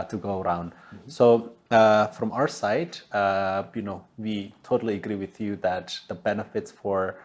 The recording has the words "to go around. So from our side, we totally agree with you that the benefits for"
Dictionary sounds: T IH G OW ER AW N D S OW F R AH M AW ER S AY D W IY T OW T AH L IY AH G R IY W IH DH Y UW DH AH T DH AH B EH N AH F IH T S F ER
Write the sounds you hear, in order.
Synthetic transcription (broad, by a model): T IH G OW ER AW N D S OW F R AH M AW ER S AY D W IY T OW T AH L IY AH G R IY W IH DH Y UW DH AH T DH AH B EH N AH F IH T S F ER